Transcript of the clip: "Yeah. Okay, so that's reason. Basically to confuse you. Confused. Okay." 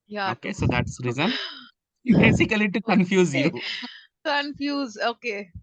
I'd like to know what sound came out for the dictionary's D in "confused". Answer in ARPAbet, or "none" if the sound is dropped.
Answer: none